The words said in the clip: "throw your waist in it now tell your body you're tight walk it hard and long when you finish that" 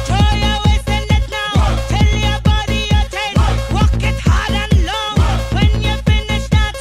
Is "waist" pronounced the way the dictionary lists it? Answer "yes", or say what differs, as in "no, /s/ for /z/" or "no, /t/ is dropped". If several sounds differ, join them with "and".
no, /t/ is dropped